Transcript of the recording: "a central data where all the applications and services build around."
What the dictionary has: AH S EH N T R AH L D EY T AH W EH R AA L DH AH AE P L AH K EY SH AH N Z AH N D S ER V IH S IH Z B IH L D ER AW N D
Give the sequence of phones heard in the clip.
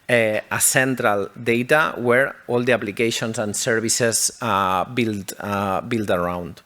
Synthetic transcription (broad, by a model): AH S EH N T R AH L D EY T AH W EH R AA L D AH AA P L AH K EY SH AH N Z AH N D S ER B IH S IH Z B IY L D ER AW N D